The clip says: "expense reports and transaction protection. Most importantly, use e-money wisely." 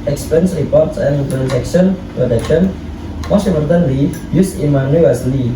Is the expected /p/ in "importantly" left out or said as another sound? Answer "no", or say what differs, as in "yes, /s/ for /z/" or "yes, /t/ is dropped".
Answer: yes, /p/ is dropped